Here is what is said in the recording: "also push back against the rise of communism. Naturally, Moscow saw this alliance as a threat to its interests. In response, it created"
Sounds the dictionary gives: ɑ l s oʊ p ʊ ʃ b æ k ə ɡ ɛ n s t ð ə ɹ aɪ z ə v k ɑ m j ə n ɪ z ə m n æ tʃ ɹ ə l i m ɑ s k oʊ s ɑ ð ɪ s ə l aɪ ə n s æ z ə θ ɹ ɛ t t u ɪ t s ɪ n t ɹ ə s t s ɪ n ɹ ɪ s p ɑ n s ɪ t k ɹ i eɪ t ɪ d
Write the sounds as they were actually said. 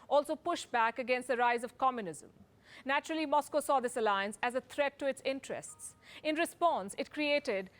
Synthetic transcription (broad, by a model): ɑ l s oʊ p ʊ ʃ b æ k ə ɡ ɛ n s t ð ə ɹ aɪ z ə v k ɑ m j ə n ɪ z ə m n æ tʃ ɹ ə l i m ɑ s k oʊ s ɑ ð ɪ s ə l aɪ ə n s æ z ə t ɹ ɛ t t u ɪ t s ɪ n t ɹ ə s t s ɪ n ɹ ɪ s p ɑ n s ɪ t k ɹ i eɪ t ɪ d